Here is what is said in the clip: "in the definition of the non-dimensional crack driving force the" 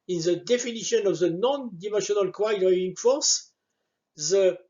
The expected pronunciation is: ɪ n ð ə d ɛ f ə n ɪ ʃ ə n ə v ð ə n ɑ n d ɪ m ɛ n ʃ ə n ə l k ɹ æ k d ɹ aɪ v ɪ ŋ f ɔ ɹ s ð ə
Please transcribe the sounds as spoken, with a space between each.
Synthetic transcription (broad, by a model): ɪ n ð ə d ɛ f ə n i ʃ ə n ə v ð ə n ɑ n d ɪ m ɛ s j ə n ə l k w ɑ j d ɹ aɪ ɪ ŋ f ɔ ɹ s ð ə